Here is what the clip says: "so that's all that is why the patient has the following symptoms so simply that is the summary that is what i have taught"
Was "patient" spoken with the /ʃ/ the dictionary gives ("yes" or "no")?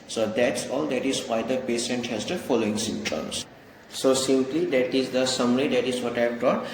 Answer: no